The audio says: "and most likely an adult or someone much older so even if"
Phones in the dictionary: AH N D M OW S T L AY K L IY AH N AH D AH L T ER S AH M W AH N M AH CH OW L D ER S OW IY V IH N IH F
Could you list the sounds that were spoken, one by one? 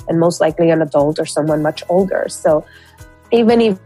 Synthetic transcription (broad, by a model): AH N M OW S T L AY K L IY AH N AH D AH L T ER S AH M W AH N M AH CH OW L D ER S OW IY V IH N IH